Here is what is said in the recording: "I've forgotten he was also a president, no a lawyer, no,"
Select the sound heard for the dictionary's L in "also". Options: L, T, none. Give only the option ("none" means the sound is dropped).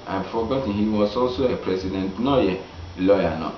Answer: L